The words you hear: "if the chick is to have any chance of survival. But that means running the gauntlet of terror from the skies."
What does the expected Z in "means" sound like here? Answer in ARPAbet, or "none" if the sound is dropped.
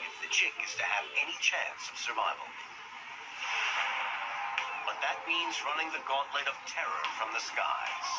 Z